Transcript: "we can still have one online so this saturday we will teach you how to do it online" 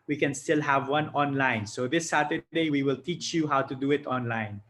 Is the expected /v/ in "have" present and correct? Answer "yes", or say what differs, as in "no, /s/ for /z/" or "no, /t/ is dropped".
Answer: yes